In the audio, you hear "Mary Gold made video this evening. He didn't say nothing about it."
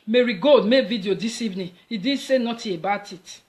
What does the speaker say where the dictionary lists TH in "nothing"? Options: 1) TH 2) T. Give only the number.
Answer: 2